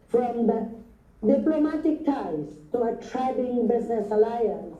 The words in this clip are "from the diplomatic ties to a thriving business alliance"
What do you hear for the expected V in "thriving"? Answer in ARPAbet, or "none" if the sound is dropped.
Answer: B